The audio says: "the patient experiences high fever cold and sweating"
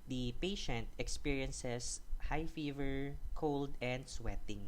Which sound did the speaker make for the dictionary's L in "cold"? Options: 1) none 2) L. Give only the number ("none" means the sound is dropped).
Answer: 2